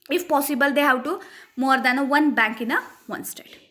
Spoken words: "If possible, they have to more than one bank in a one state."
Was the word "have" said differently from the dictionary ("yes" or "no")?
yes